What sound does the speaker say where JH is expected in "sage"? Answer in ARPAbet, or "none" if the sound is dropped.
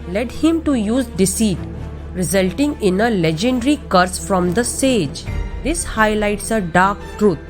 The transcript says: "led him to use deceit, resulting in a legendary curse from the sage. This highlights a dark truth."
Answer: JH